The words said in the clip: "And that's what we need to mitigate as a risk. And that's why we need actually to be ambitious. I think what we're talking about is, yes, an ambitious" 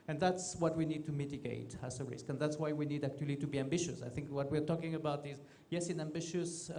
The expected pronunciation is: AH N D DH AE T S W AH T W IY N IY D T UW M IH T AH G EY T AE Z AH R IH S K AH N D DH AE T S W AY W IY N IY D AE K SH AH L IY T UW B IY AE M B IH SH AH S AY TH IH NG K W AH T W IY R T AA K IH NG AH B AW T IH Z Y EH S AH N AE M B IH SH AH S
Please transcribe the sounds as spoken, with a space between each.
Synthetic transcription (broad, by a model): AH N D DH AE T S W AH T W IY N IY D T UW M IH T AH G EY T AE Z AH R IH S K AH N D DH AE T S W AY W IY N IY D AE K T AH L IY T UW B IY AE M B IH SH AH S AY TH IH NG K W AH T W IY R T AA K IH NG AH B AW T IH Z Y EH S AH N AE M B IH SH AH S